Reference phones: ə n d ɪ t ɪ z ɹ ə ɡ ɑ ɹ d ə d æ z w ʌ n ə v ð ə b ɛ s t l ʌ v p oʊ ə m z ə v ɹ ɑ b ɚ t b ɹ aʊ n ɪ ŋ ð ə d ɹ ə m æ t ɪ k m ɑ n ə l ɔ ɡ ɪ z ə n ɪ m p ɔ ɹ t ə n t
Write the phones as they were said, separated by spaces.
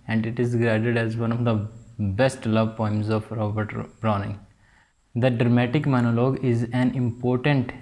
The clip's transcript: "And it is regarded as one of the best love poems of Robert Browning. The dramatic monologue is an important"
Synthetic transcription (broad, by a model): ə n d ɪ t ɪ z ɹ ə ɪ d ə d æ z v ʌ n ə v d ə b ɛ s t l ʌ v p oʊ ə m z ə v ɹ ɑ b ɚ t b ɹ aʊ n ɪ ŋ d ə d ɹ ə m æ t ɪ k m ɑ n ə l ɔ ɡ ɪ z ə n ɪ m p ɔ ɹ t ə n t